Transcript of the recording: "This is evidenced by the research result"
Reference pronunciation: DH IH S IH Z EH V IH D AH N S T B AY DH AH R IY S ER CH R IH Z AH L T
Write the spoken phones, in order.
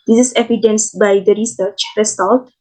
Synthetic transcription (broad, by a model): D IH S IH S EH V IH D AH N S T B AY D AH R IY S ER CH R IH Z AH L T